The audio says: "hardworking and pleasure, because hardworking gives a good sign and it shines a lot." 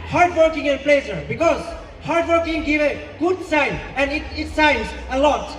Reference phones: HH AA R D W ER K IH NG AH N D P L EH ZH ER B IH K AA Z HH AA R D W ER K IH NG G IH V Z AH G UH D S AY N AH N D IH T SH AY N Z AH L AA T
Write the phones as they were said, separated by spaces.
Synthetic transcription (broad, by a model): HH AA R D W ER K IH NG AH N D P L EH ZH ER B IH K AA Z HH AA R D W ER K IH NG G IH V AH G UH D S AY N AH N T IH T S AY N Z AH L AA T